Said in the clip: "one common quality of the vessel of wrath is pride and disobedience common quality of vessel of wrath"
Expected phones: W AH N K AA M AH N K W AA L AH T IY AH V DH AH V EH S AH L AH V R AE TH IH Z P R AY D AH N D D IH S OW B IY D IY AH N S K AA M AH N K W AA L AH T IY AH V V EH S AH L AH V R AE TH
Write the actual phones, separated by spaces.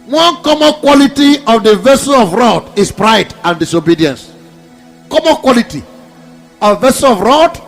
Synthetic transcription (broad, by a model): W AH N K AA M AH N K W AA L AH T IY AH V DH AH V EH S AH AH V R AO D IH S P R AY D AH N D D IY S OW B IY D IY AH N S K AA M AH N K W AA L AH T IY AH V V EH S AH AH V R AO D